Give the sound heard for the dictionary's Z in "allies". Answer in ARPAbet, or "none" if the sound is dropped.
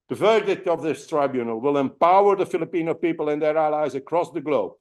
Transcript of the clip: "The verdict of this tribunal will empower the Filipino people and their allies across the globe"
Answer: Z